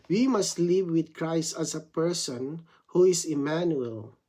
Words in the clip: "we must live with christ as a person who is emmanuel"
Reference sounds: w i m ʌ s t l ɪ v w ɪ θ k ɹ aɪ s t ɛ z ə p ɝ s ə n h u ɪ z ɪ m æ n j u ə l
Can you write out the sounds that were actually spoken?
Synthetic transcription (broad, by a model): w i m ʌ s t l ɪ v w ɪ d k ɹ aɪ s t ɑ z ə p ɝ s ə n h u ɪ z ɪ m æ n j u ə l